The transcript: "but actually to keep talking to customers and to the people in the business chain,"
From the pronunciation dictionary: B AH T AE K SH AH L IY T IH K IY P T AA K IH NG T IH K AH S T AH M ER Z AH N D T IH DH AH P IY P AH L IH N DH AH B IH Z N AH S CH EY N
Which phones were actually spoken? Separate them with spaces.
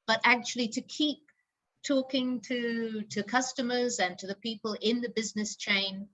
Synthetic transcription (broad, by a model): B AH T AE K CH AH L IY T IH K IY P T AA K IH NG T IH K AH S T AH M ER Z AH N T IH DH AH P IY P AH L IH N DH AH B IH Z N AH S CH EY N